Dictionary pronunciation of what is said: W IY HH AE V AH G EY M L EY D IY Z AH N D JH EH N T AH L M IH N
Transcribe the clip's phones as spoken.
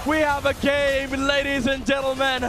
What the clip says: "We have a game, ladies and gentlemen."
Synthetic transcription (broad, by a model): W IY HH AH V AH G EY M L EY D IY Z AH N JH EH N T L M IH N